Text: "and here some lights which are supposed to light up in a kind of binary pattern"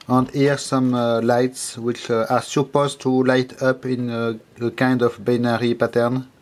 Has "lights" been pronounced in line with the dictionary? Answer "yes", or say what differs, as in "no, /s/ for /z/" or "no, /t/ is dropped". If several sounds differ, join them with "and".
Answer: yes